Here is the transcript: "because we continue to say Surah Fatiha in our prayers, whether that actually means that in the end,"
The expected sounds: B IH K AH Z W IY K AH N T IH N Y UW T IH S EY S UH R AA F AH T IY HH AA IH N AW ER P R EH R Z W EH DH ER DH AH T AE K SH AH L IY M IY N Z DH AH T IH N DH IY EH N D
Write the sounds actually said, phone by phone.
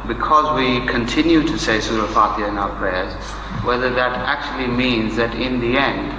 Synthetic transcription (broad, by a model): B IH K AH Z W IY K AH N T IH N Y UW T IH S EY S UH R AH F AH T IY IH N AW ER P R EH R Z W EH DH ER DH AH T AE K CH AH L IY M IY N Z DH AH T IH N DH IY EH N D